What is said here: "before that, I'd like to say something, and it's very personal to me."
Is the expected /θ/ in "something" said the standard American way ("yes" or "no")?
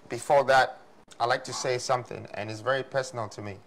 yes